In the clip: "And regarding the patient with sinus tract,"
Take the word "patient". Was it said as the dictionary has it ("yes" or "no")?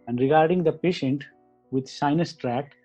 yes